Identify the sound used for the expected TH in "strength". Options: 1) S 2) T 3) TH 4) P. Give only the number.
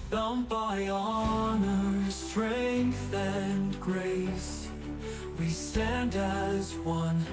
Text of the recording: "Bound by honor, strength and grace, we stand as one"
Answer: 3